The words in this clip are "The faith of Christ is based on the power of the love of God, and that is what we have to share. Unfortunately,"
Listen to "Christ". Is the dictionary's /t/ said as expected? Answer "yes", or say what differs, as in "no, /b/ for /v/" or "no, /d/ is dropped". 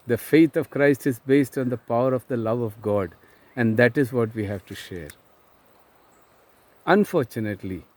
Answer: yes